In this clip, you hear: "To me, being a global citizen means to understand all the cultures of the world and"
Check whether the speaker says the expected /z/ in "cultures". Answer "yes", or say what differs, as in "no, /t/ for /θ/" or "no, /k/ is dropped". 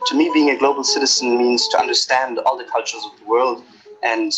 yes